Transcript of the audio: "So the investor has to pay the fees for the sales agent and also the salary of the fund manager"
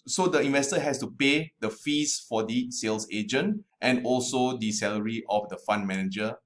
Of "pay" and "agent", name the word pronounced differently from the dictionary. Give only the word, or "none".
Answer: none